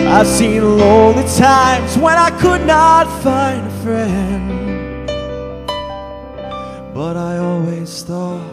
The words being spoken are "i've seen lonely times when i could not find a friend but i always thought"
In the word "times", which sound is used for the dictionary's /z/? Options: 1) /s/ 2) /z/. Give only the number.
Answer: 2